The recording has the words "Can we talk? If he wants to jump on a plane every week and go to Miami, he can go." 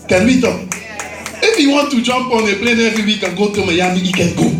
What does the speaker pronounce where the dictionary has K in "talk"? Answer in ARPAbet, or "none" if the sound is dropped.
none